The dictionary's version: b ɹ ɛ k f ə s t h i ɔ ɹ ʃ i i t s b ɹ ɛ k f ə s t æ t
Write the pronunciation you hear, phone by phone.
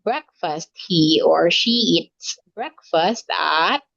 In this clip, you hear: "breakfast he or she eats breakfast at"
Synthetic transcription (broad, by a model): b ɹ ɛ k f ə s t h i ɔ ɹ ʃ i i t s b ɹ ɛ k f ə s t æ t